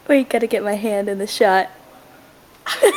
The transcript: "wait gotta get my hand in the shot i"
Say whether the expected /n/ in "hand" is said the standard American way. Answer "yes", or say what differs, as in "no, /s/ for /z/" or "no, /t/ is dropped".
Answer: yes